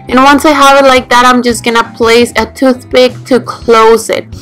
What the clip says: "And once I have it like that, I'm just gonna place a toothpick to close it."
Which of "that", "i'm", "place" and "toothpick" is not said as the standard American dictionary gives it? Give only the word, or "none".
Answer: toothpick